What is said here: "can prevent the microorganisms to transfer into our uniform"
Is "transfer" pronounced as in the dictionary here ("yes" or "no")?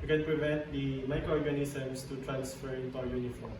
yes